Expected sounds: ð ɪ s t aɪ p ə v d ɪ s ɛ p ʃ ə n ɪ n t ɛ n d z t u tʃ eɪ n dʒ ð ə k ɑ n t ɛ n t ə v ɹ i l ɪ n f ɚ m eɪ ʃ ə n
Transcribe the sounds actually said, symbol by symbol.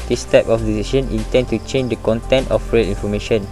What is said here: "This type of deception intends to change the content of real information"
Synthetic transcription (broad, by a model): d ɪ s t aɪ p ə f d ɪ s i ʃ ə n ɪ n t ɛ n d t u tʃ eɪ n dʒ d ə k ɑ n t ɛ n t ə f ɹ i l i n f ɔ m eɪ ʃ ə n